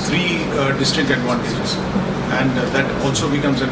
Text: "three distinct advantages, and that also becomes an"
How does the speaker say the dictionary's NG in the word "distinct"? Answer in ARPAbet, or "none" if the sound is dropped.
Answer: none